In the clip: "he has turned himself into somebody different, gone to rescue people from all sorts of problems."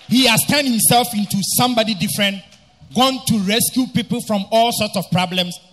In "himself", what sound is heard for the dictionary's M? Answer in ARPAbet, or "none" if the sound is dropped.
M